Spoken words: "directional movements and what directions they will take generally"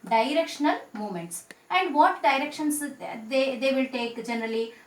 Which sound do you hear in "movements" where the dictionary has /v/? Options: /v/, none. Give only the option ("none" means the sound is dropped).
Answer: none